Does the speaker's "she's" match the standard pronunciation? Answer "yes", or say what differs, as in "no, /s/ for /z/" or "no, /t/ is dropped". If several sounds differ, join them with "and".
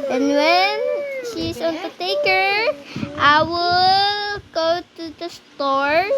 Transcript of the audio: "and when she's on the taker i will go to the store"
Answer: no, /s/ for /z/